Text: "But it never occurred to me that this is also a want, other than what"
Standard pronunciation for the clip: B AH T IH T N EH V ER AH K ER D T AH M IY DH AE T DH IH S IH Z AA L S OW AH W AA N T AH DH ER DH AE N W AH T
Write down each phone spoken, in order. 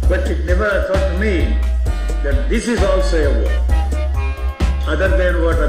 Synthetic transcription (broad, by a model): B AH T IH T N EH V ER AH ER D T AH M IY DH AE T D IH S IH Z AA L S OW AH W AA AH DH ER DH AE N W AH T